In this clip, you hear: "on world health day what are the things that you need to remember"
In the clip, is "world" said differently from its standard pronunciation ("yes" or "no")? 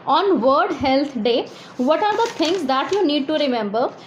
yes